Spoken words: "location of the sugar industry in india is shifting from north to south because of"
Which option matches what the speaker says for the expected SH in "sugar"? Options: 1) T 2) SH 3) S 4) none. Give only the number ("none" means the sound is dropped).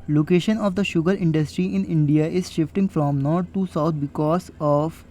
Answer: 2